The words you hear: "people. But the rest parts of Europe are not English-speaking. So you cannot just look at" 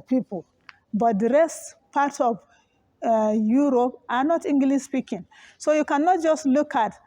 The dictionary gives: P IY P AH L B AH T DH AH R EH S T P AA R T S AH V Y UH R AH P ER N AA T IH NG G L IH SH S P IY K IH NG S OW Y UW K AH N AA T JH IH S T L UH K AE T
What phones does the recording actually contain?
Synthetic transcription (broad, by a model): P IY P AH L B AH T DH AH R EH S T P AA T AH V Y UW R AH P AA N AA T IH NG G L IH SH S P IY K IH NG S OW Y UW K AH N AA T JH IH S T L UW K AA T